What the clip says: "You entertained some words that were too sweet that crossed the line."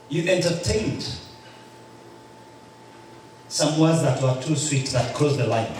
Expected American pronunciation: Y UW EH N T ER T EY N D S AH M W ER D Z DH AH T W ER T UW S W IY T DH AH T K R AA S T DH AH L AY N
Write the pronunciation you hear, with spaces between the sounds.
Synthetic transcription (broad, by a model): Y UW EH N T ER T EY N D S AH M W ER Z DH AH T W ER T UW S W IY T DH AH T K AA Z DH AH L AY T